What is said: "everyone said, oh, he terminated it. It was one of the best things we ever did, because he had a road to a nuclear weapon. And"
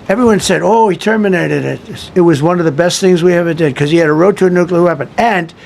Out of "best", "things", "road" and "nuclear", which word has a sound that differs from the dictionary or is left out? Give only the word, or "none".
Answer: none